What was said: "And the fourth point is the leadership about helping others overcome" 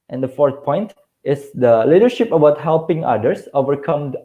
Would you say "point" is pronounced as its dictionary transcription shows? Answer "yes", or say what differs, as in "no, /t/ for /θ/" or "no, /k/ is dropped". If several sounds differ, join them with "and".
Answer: yes